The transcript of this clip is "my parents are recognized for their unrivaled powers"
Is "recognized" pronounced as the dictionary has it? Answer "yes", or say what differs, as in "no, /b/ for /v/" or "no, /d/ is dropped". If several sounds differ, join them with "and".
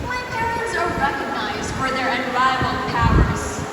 yes